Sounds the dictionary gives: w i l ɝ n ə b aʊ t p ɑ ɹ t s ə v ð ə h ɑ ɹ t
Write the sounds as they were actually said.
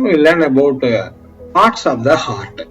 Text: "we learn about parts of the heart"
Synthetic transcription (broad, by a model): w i l ɝ n ə b aʊ t p ɑ ɹ t s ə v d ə h ɑ ɹ t